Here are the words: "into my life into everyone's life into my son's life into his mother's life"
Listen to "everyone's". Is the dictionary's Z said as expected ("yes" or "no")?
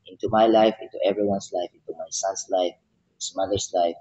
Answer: no